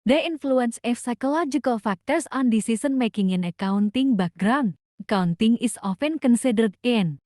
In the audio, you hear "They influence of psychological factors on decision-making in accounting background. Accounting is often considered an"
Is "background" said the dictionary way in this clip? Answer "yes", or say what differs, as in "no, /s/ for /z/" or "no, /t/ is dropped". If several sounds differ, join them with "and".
no, /k/ is dropped